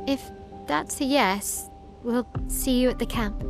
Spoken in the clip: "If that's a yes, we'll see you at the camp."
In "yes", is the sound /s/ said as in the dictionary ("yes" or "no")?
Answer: yes